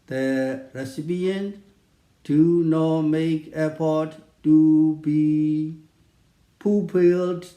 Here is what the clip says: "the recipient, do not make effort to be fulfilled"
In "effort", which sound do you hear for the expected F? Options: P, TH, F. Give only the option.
P